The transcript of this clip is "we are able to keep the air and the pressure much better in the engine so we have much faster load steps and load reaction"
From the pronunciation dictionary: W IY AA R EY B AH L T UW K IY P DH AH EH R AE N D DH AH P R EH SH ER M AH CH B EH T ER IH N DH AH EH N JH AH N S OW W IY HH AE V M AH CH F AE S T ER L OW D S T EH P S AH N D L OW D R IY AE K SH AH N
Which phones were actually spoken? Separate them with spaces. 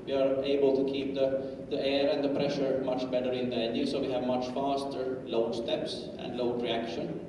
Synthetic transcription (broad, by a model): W IY AA R EY B AH L T UW K IY P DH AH EH R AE N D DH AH P R EH SH ER M AH CH B EH T ER IH N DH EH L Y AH S OW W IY HH AE V M AH CH F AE S T ER L OW D S T EH P S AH N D L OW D R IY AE K SH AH N